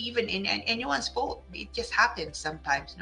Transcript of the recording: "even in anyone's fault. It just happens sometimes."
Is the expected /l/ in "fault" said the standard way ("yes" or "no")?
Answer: no